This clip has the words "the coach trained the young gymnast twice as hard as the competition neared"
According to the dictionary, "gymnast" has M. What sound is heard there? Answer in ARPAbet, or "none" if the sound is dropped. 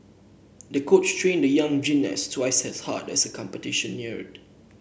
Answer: none